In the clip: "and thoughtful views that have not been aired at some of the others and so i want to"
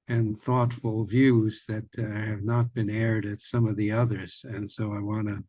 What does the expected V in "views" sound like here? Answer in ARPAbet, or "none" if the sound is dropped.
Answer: V